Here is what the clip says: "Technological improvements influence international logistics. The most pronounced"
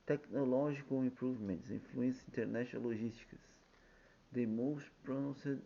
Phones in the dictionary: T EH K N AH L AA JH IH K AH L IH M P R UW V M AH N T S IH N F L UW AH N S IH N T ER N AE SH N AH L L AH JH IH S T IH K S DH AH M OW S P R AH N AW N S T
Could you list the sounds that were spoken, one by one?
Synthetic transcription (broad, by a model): T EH K N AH L AA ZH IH K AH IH M P R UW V M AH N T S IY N F L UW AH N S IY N T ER N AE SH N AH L L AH ZH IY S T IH K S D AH M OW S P R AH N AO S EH